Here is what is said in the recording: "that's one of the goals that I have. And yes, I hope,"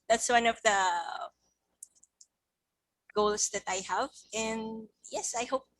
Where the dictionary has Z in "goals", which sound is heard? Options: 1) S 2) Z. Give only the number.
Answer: 1